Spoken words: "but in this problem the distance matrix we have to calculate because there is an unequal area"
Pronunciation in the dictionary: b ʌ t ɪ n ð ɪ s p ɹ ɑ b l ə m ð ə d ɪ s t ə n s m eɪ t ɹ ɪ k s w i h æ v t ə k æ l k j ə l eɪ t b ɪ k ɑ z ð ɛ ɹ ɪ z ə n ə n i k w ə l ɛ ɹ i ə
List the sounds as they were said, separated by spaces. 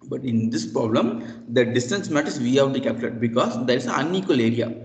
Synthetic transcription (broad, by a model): b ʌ t ɪ n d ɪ s p ɹ ɑ b l ə m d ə d ɪ s t ə n s m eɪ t ɪ s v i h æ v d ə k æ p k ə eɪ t b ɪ k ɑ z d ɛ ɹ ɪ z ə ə n i k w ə l ɛ ɹ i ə